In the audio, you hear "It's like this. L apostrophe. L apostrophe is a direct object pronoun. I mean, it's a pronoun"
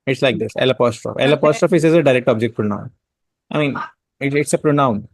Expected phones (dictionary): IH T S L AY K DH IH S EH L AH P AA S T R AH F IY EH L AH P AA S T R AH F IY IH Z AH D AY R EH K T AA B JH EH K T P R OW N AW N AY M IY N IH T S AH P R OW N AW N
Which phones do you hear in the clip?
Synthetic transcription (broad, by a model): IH T S L AY K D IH S EH L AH P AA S T R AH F EH L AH P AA S T R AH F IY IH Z AH D AY R EH K T AA B JH EH K T P R OW N AW N AY M IY N IH T S AH P R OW N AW N